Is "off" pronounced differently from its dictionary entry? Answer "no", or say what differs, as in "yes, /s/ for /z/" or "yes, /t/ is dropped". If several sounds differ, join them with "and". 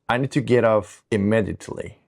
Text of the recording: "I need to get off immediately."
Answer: yes, /p/ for /f/